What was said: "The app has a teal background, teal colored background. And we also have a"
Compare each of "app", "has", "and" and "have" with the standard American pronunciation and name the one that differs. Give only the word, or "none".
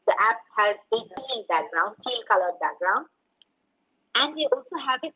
none